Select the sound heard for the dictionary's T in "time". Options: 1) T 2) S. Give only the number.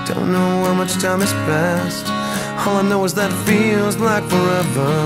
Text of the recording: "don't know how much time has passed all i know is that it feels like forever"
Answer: 1